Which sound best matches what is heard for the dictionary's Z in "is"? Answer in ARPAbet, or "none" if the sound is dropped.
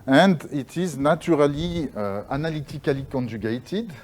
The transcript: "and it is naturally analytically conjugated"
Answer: Z